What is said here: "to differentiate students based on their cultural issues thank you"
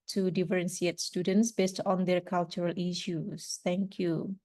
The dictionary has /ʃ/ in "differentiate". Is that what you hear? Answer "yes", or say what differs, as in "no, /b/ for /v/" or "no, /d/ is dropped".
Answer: no, /s/ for /ʃ/